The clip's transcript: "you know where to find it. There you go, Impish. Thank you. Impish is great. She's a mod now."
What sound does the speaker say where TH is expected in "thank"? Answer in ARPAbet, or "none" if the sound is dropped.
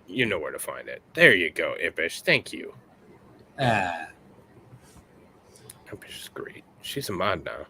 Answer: TH